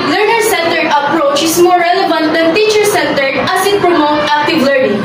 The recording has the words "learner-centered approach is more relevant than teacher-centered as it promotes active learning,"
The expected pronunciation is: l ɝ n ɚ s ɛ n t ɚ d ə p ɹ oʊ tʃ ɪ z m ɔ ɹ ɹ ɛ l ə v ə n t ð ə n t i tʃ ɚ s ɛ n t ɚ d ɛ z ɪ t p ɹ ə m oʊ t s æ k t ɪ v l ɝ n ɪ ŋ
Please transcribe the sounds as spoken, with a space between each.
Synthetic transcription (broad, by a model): l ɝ n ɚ s ɛ n t ɚ d ə p ɹ oʊ tʃ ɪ s m ɔ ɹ ɹ ɛ l ə v ə n t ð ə n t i tʃ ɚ s ɛ n t ɚ d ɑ s ɪ t p ɹ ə m oʊ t æ k t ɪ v l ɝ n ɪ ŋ